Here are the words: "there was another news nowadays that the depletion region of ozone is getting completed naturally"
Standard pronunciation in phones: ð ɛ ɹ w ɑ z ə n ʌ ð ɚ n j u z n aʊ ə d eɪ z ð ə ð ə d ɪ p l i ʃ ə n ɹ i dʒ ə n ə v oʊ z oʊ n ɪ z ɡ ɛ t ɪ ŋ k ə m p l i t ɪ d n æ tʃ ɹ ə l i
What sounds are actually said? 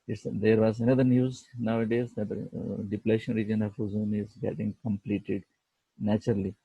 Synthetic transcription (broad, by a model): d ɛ ɹ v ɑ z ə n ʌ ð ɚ n j u z n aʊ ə d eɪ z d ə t d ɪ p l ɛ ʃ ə n ɹ i dʒ ə n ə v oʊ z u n ɪ z ɡ ɛ t ɪ ŋ k ə m p l i t ɪ d n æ tʃ ɹ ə l i